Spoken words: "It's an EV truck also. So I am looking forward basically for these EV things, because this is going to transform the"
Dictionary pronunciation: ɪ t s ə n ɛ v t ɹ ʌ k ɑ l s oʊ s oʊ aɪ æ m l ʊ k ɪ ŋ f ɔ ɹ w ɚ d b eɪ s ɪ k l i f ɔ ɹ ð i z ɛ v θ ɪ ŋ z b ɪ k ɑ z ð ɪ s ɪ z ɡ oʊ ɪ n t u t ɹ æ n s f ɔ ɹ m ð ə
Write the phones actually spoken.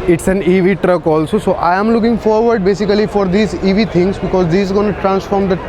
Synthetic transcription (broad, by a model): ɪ t s ə n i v t ɹ ʌ k ɑ l s oʊ s oʊ aɪ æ m l ʊ k ɪ ŋ f ɔ ɹ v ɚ d b eɪ s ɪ k l i f ɔ ɹ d i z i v t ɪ ŋ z b ɪ k ɑ z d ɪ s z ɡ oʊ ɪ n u t ɹ æ n s f ɔ ɹ m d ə